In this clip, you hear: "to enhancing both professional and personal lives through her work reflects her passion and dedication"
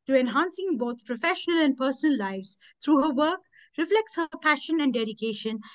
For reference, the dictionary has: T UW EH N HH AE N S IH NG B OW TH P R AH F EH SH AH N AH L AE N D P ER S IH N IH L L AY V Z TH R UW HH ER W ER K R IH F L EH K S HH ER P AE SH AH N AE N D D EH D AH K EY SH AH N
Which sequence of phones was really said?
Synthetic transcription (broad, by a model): T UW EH N HH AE N S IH NG B OW T P R AH F EH SH AH N AH L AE N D P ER S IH N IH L L AY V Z T R UW HH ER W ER K R IH F L EH K S HH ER P AE SH AH N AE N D D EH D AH K EY SH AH N